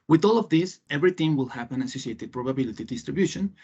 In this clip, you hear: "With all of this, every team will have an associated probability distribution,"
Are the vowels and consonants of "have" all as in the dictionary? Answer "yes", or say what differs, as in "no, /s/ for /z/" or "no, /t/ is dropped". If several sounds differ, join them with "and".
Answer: no, /p/ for /v/